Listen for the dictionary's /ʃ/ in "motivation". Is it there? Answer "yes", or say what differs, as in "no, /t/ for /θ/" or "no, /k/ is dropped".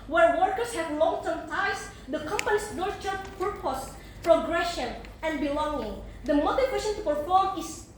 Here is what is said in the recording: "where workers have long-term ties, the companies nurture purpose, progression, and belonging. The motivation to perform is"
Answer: no, /s/ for /ʃ/